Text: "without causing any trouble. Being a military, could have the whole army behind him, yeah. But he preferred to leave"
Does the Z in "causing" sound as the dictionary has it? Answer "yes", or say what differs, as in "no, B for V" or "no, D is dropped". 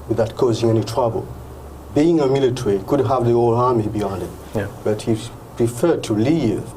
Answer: yes